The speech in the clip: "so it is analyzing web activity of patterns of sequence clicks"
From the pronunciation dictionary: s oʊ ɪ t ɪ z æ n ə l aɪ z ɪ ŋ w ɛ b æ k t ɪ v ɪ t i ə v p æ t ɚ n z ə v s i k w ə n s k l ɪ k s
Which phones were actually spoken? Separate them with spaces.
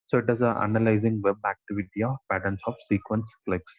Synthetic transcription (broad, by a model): s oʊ ɪ t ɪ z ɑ n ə l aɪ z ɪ ŋ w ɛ b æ k t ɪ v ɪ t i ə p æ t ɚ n s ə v s i k w ə n s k l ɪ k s